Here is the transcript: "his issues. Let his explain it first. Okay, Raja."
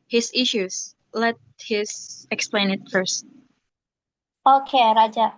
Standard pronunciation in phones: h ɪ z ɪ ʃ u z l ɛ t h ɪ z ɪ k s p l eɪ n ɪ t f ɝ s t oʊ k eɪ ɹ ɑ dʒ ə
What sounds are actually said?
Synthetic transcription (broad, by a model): h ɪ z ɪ ʃ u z l ɛ t h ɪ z ɪ k s p l eɪ n ɪ t f ɝ s t oʊ k eɪ ɹ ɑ dʒ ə